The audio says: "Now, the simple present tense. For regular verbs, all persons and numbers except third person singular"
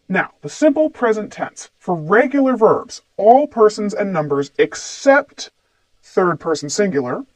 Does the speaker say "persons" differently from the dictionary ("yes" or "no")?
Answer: no